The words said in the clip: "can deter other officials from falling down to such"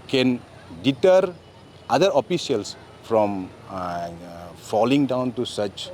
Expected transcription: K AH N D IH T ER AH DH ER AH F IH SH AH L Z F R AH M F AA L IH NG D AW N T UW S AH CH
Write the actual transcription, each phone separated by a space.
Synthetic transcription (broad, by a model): K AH N D IH T ER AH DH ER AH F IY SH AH L S F R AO M F AA L IH NG D AW N T UW S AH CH